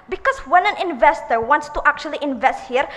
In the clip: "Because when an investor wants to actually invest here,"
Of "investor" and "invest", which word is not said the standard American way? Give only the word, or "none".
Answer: none